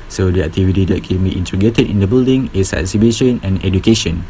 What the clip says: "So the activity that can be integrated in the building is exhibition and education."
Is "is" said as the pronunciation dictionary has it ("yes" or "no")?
no